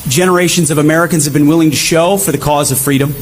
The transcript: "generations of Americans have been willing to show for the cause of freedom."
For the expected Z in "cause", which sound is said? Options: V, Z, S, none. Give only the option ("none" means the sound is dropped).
Z